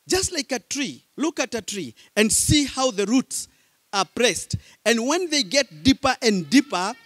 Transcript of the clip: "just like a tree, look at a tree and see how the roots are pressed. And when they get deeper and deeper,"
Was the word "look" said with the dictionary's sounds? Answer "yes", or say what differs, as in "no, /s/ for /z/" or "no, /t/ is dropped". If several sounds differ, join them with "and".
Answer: yes